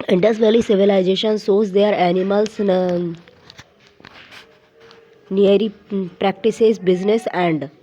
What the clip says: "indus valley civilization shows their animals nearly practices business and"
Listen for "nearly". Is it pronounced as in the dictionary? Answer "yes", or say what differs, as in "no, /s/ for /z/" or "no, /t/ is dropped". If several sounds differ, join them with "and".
no, /l/ is dropped